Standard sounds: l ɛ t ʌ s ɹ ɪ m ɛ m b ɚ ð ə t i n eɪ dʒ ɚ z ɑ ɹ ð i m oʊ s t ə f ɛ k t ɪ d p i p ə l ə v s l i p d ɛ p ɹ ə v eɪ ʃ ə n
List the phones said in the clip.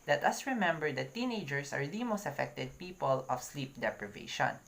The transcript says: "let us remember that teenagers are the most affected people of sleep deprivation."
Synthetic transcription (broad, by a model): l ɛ t ʌ s ɹ ɪ m ɛ m b ɚ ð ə t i n eɪ dʒ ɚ s ɑ ɹ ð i m oʊ s t ə f ɛ k t ɪ d p i p ə l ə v s l i p d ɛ p ɹ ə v eɪ ʃ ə n